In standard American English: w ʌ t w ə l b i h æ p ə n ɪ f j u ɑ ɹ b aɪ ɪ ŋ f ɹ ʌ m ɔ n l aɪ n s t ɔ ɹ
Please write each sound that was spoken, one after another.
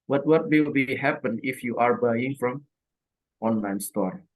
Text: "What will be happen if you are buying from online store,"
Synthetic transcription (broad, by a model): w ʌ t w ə w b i h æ p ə n ɪ f j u ɑ ɹ b aɪ ɪ ŋ f ɹ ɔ m ɔ n l aɪ n s t ɔ ɹ